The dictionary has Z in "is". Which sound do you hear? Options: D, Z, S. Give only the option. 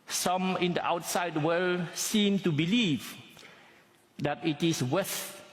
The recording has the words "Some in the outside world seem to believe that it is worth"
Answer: S